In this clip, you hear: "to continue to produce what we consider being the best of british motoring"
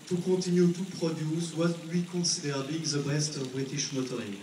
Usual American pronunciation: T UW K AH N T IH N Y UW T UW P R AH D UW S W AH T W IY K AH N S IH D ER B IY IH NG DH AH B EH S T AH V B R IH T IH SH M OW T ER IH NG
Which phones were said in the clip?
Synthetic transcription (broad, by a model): T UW K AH T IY N Y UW T UW P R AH D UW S W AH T W IY K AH S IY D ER B IY IH NG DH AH B EH S T AH V B R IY T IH SH M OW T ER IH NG